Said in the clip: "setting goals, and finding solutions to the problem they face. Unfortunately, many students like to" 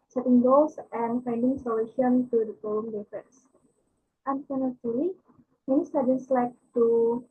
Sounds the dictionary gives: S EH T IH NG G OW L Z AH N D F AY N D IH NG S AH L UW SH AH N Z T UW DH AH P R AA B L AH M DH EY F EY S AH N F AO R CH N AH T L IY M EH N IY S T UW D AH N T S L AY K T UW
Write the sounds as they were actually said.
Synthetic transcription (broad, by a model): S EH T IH NG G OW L S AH N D F AY N D IH NG S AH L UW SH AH N T UW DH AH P AA L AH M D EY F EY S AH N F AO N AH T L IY M EH N IY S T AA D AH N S L AY K T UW